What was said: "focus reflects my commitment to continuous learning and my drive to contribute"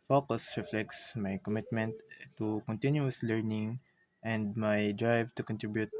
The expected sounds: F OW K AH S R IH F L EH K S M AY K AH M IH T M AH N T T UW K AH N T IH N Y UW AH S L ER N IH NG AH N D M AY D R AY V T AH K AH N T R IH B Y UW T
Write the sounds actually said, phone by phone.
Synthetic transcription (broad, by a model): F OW K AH S R IH F L EH K S M AY K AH M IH T M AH N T T UW K AH N T IH N Y UW AH S L ER N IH NG AH N D M AY D R AY V T AH K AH N T R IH B Y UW T